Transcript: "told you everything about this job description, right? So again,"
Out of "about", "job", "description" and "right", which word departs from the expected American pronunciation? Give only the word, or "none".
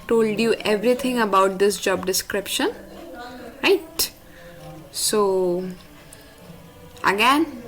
none